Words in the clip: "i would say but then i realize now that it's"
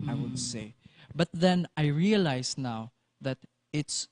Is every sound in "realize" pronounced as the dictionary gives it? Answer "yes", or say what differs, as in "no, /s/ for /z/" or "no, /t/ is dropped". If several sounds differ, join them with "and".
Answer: no, /s/ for /z/